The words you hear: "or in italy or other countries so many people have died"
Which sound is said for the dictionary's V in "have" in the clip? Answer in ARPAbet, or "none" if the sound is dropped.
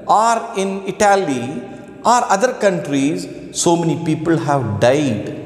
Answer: V